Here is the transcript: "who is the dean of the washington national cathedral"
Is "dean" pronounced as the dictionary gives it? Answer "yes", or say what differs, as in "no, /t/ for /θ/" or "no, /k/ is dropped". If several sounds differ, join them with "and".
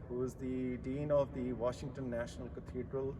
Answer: yes